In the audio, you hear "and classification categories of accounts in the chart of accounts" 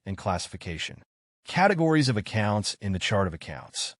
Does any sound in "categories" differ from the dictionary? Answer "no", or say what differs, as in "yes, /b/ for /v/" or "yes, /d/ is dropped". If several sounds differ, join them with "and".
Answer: no